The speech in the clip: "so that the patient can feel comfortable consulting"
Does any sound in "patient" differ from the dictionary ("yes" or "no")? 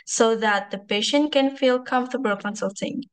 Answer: no